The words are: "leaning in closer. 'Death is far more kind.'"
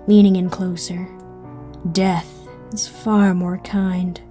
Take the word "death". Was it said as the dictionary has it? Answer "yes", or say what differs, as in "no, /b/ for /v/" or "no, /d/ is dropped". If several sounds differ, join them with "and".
yes